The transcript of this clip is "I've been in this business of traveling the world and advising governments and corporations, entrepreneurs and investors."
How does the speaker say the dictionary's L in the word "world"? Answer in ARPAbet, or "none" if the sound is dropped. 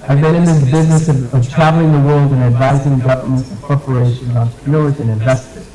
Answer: L